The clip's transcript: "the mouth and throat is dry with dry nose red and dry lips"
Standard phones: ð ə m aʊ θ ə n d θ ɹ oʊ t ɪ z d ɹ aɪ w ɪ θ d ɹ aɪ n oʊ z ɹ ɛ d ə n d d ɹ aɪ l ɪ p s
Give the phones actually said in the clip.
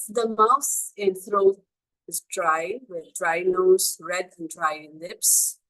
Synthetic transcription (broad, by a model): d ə m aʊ s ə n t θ ɹ oʊ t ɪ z d ɹ aɪ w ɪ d d ɹ aɪ n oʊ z ɹ ɛ d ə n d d ɹ aɪ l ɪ p s